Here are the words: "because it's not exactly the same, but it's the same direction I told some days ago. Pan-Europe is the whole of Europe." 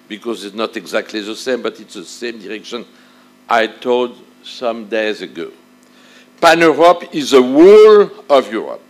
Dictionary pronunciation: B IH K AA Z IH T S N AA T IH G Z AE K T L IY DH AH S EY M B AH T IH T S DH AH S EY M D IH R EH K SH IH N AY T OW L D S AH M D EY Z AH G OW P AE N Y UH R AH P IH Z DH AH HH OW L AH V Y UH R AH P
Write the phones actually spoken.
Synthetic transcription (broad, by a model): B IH K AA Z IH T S N AA T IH G Z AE K T L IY DH AH S EY M B AH T IH T S DH AH S EY M D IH R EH K SH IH N AY T OW L D S AH M D EY Z AH G OW P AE N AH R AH P IH Z DH AH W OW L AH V Y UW R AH P